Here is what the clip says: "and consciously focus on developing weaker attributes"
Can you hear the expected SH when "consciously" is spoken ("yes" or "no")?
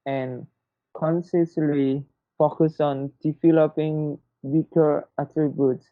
no